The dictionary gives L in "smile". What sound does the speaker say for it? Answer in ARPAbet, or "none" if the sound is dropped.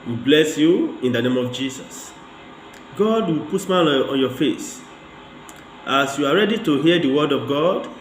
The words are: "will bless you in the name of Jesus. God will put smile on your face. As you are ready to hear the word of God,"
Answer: N